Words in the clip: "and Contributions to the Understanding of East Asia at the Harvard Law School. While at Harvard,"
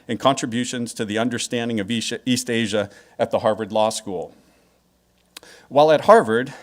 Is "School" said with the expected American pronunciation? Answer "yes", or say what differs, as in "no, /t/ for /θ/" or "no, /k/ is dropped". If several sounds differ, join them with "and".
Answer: yes